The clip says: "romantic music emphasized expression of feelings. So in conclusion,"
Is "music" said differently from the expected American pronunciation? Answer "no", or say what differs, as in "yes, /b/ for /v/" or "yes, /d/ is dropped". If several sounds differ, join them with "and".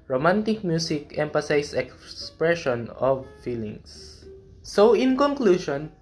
yes, /s/ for /z/